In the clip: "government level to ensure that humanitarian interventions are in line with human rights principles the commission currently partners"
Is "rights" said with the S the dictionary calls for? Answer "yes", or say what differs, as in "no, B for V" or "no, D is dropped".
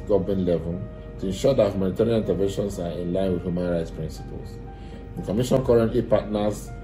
yes